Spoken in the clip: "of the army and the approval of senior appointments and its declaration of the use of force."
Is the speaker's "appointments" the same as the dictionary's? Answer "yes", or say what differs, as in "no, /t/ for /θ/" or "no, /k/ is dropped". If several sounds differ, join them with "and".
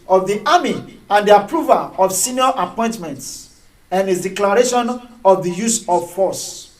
yes